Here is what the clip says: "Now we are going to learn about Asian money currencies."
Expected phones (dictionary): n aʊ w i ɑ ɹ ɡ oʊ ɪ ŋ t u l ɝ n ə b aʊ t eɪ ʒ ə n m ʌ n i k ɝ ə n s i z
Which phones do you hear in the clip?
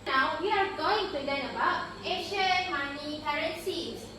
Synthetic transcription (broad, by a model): n aʊ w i ɑ ɹ ɡ oʊ ɪ ŋ t u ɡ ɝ ə b aʊ t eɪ ʃ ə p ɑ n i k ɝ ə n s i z